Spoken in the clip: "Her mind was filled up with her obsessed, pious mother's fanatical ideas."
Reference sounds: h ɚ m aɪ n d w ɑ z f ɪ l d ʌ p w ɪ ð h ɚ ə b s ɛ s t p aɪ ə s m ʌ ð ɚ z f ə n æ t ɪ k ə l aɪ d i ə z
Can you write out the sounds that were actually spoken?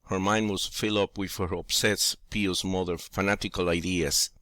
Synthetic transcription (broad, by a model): h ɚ m aɪ n d w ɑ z f ɪ l d ʌ p w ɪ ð h ɚ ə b s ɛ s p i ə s m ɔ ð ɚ f ə n æ t ɪ k ə l aɪ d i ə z